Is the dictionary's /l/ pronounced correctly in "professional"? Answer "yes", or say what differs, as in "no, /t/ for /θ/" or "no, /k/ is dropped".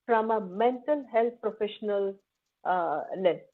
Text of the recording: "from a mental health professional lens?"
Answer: yes